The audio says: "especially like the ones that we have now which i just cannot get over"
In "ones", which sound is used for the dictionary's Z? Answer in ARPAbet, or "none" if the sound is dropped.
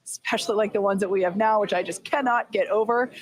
Z